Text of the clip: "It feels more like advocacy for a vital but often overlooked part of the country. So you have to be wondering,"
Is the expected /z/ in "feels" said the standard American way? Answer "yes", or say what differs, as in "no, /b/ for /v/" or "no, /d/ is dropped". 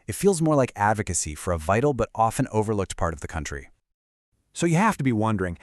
yes